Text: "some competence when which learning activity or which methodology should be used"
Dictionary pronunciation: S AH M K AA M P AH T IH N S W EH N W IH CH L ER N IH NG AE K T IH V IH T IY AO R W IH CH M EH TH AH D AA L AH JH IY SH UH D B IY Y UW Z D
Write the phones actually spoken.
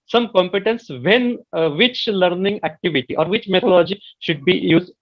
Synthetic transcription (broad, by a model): S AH M K AA M P AH T IH N S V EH N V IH CH L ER N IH NG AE K T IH V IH T IY AO R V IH CH M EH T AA L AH JH IY SH UH D B IY Y UW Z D